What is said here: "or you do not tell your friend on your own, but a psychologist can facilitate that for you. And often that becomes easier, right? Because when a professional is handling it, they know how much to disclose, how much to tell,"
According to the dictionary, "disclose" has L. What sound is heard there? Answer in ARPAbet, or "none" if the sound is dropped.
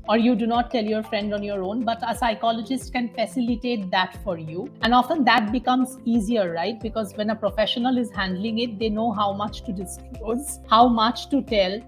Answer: none